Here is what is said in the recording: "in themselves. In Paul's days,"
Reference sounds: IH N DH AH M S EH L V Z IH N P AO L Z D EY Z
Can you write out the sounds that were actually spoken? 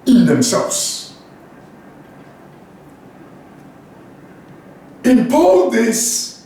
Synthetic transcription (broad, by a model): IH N DH AH M S EH L V Z IH N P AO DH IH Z